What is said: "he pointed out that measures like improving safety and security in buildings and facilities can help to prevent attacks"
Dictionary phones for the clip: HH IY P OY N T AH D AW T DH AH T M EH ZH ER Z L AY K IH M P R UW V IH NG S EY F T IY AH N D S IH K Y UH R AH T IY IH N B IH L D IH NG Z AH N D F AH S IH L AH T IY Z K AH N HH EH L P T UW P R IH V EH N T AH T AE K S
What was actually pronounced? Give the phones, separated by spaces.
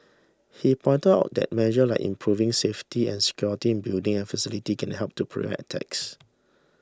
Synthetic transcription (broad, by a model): HH IY P OY N T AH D AW T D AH T M EH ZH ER L AY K IH M P R UW V IH NG S EY F T IY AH N S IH K Y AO R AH T IY IH N B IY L D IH NG AH N F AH S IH L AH T IY K AH N HH EH L P T UW P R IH EH T T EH K S